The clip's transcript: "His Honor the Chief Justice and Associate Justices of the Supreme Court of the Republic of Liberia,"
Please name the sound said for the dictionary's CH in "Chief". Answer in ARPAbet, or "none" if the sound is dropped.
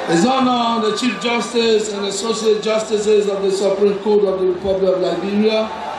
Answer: CH